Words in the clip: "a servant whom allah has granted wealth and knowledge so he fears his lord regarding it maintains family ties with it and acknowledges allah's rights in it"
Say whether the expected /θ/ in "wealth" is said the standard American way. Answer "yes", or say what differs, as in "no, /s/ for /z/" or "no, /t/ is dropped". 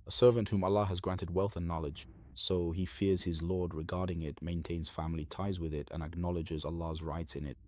yes